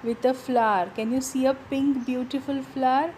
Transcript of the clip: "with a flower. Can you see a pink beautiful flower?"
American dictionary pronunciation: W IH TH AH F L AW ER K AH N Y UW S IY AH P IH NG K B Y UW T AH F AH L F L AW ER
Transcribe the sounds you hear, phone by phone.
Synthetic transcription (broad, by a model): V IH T AH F L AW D K AH N Y UW S IY AH P IH NG K B Y UW T AH F AH L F L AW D